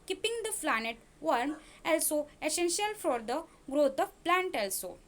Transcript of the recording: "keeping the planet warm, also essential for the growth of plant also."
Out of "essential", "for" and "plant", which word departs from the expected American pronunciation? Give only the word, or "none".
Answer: none